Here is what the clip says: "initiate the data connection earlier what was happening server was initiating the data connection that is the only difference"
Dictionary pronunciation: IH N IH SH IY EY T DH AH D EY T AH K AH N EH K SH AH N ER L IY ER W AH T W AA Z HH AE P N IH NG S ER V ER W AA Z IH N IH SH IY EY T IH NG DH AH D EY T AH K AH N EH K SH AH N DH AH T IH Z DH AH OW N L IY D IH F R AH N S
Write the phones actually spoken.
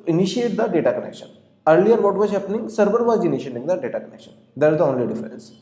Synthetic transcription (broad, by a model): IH N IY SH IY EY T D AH D EY T AH K AH N EH K SH AH N ER L IY ER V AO T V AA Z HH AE P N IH NG S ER B ER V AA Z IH N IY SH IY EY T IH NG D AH D EY T AH K AH N EH K SH AH N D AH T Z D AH OW N L IY D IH F R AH N S